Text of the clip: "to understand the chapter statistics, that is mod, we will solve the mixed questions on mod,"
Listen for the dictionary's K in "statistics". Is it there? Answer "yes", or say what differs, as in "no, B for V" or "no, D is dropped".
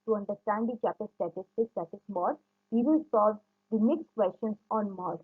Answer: no, K is dropped